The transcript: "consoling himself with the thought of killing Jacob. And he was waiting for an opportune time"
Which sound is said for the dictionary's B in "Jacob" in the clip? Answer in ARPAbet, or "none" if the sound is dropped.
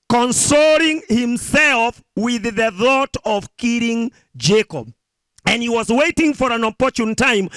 B